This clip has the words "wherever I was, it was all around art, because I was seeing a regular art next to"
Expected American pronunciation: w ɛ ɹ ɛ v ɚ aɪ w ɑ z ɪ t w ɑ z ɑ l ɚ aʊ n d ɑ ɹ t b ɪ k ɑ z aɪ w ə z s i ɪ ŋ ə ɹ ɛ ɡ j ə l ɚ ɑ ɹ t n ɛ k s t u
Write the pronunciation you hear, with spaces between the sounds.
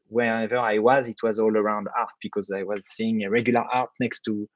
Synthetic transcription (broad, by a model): w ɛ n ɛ v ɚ aɪ w ɑ z ɪ t w ɑ z ɑ l ɚ aʊ n d ɑ ɹ t b ɪ k ɑ z aɪ w ə z s i ɪ ŋ ə ɹ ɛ ɡ j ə l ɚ ɑ ɹ t n ɛ k s t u